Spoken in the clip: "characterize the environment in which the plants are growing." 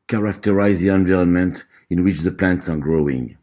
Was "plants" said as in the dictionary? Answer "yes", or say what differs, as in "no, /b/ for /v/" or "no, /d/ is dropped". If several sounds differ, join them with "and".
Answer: yes